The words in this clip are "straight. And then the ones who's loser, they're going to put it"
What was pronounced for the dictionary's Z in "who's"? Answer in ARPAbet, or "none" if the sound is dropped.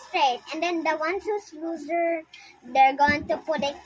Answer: S